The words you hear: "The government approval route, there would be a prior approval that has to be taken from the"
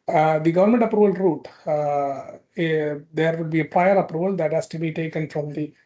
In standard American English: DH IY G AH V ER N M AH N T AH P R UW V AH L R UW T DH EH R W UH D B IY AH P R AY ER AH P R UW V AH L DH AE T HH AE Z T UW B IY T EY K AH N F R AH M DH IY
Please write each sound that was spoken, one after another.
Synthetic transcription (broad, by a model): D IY G AH V ER N M AH N T AH P R UW V AH L R UW T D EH R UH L B IY AH P R AY ER AH P R UW V AH L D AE T HH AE S T UW B IY T EY K AH N F R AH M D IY